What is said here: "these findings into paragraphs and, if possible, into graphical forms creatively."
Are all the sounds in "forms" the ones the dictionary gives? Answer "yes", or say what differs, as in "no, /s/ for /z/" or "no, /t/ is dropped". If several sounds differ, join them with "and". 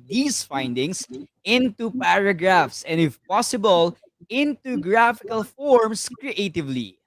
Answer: no, /s/ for /z/